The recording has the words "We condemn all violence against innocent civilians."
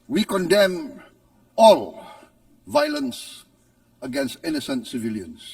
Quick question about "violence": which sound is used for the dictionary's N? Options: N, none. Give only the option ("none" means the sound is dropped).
N